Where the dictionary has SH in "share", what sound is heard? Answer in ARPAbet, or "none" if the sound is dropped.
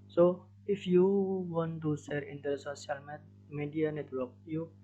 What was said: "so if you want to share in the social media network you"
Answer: S